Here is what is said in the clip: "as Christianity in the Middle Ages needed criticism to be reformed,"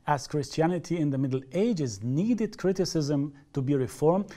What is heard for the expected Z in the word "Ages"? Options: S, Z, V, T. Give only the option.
Z